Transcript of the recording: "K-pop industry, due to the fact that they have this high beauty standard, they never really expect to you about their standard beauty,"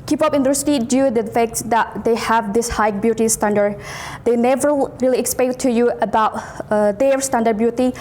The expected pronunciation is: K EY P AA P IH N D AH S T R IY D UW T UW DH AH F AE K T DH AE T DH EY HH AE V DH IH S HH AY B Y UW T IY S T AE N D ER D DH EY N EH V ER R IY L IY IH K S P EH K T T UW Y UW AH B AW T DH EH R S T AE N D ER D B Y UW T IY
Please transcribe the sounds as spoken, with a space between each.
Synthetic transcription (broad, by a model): K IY P AA P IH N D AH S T IY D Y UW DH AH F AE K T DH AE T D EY HH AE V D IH S HH AY B Y UW T IY S T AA N D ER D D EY N EH V ER R IY L IY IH K S P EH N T T UW Y UW AH B AW T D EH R S T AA N D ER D B Y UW T IY